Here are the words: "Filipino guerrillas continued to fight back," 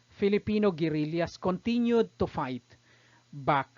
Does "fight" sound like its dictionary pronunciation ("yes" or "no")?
yes